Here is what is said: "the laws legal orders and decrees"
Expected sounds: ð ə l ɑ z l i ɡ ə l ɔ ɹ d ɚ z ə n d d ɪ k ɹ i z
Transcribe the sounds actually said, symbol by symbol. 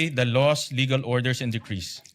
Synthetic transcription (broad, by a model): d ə l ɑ s l i ɡ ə l ɔ ɹ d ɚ s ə n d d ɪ k ɹ i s